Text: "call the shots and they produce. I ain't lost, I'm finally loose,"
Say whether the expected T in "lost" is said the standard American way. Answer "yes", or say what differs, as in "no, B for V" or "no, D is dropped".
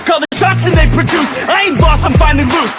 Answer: no, T is dropped